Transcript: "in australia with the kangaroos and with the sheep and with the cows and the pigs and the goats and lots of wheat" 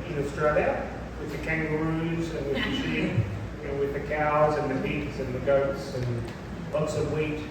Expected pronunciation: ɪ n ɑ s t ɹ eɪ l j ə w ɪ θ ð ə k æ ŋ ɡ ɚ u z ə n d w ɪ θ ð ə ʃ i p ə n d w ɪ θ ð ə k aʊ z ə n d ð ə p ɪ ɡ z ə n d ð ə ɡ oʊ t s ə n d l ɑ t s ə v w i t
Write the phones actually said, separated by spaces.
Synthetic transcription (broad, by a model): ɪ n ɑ s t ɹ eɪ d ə w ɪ ð ə k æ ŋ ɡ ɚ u z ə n w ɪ ð ə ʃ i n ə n w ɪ ð ə k aʊ z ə n ð ə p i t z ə n ð ə ɡ oʊ t s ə n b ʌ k s ə v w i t